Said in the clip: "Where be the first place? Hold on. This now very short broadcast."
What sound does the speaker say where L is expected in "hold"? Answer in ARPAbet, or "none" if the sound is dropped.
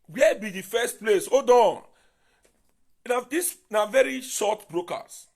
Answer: none